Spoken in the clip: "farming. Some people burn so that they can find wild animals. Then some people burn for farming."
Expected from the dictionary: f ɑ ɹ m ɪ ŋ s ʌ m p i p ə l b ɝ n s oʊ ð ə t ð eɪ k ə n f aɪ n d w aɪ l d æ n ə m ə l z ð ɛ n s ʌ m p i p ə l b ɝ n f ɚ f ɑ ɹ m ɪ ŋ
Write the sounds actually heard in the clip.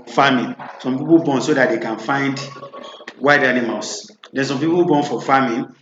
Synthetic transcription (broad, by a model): f ɑ m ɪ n s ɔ m p i p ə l b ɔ n s oʊ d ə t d eɪ k ə n f aɪ n d w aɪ d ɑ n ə m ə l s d ɛ n s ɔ m p i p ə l b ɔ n f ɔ f ɑ m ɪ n